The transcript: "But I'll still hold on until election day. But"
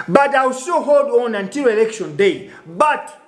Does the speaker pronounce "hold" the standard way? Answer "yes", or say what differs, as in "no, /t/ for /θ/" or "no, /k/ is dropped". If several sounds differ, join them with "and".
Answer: yes